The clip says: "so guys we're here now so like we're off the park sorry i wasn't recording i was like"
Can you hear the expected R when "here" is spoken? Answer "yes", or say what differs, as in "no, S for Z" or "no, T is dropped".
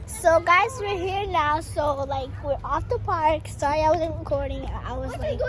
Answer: yes